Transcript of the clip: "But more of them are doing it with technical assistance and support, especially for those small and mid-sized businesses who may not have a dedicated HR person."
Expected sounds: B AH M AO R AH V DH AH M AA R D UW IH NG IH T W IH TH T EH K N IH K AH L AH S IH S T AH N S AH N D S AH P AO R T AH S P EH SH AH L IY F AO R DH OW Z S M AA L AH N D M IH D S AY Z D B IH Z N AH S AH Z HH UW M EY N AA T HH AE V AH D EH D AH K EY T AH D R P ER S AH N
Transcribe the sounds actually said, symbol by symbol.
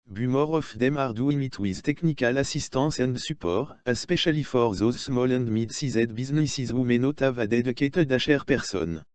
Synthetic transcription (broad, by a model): B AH M AO R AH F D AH M AA R D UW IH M IH T W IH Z T EH K N IH K AH L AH S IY S T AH S AH N D S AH P AO R AH S P EH SH AH L IY F AO R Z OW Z S M AA L AH N D M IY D S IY Z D B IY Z N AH S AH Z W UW M EY N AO T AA V AH D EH D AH K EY T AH D R P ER S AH N